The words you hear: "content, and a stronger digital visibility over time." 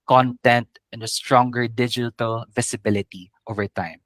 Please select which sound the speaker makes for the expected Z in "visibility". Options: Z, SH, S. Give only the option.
S